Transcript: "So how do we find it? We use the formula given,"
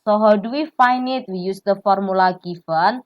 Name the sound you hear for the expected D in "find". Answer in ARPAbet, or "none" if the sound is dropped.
none